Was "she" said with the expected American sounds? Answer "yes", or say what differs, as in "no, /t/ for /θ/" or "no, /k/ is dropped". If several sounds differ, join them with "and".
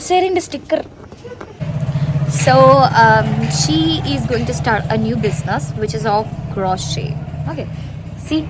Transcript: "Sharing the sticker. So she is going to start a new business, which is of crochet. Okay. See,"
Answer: yes